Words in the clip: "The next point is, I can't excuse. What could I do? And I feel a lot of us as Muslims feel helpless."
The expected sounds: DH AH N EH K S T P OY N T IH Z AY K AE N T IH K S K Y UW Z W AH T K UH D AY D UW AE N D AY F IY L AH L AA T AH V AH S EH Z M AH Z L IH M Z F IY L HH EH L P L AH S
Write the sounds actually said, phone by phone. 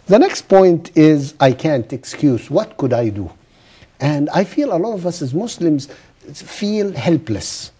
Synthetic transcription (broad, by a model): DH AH N EH K S T P OY N T IH Z AY K AE N T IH K S K Y UW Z W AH T K UH D AY D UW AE N D AY F IY L AH L AA T AH V AH S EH Z M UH S L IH M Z F IY L HH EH L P L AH S